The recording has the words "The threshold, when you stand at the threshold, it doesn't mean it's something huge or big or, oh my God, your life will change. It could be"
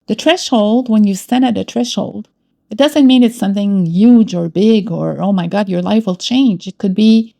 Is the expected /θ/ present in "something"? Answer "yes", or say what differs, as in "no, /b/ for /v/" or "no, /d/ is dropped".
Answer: yes